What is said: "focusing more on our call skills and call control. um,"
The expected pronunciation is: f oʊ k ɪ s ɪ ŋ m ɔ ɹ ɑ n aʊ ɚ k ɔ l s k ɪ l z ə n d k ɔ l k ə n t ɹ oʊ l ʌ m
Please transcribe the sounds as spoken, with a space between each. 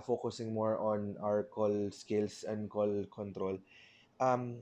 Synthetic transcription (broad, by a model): f oʊ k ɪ s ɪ ŋ m ɔ ɹ ɑ n aʊ ɚ k ɔ l s k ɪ l s ə n d k ɔ l k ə n t ɹ oʊ l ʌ m